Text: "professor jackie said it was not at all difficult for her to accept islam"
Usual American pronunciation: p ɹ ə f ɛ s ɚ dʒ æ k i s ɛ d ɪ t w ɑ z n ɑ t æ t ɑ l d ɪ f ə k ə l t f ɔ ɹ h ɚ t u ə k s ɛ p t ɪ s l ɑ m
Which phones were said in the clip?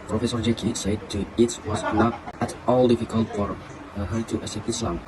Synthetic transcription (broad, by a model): p ɹ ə f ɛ s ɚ dʒ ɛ k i s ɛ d ɪ t w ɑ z n ɑ t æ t ɑ l d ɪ f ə k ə l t f ɔ ɹ h ɚ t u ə s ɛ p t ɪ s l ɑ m